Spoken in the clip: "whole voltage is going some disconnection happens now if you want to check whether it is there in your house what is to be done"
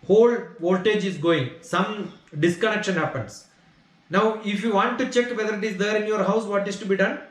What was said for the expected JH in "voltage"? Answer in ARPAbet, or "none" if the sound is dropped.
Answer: JH